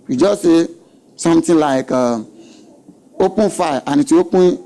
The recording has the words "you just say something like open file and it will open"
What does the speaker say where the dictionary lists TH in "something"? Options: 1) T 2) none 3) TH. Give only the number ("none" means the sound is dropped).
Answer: 1